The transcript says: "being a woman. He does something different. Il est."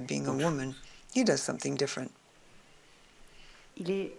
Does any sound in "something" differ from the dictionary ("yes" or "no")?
no